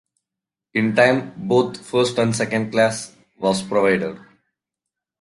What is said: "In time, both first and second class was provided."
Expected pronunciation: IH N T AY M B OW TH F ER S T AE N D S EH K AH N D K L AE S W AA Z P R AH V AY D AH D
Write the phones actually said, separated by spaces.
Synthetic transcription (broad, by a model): IH N T AY M B OW T F ER S T AE N D S EH K AH N D K L AE S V AA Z P R AH V AY D AH D